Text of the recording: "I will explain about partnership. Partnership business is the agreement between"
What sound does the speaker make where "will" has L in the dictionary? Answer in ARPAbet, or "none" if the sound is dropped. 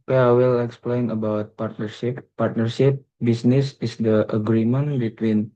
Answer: L